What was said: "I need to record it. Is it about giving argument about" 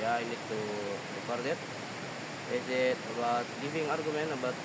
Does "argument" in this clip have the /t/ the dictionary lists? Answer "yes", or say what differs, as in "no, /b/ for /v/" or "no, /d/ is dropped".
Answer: no, /t/ is dropped